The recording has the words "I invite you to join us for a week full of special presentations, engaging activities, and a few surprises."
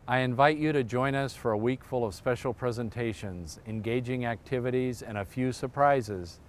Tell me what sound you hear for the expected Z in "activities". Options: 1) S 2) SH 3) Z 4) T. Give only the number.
3